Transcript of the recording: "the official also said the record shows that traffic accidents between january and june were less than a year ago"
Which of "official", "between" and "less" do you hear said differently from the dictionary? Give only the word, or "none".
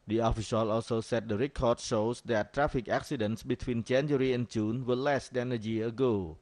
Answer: official